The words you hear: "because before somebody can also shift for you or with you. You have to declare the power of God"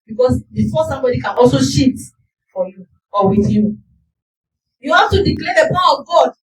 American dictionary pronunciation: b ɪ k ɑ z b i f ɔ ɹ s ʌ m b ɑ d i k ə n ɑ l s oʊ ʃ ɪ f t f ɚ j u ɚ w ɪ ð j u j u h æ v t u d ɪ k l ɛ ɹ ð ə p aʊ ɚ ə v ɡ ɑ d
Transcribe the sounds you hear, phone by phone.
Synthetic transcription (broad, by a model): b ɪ k ɑ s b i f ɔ s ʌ m b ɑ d i k ə n ɑ l s oʊ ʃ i t f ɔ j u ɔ w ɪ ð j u j u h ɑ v t u d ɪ k l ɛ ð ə p aʊ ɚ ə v ɡ ɑ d